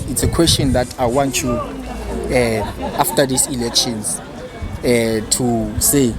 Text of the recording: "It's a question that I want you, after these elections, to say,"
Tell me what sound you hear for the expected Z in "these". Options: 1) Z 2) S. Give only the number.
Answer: 2